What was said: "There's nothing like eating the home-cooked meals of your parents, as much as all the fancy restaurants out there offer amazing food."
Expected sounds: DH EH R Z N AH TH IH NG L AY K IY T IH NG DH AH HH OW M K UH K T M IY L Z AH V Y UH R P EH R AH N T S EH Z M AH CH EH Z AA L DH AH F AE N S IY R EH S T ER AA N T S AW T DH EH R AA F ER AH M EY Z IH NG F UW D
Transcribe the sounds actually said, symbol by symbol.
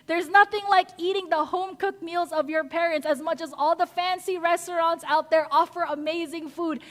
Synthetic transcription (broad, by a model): DH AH R Z N AH TH IH NG L AY K IY T IH NG DH AH HH OW M K UH K M IY L Z AH V Y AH R P EH R AH N T S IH Z M AH CH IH Z AA L DH AH F AE N S IY R EH S T ER AA N T S AW T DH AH R AA F ER AH M EY Z IH NG F UW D